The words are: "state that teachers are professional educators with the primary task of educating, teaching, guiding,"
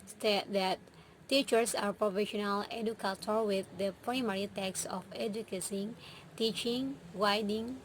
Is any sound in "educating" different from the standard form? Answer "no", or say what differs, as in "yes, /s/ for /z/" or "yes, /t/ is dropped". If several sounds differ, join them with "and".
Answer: yes, /s/ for /t/